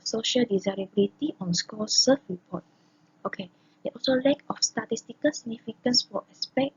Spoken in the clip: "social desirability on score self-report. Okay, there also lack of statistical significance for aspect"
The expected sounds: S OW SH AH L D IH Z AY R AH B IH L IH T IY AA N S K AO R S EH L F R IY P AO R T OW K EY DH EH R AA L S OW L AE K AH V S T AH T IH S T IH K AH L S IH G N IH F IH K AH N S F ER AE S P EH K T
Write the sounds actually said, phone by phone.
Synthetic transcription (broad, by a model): S OW SH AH L D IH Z AY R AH B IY L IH T IY AA N S K AO S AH F R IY P AO T OW K EY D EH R AA L S OW L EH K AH F S T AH T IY S T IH K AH L S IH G N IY F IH K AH N S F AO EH S P EH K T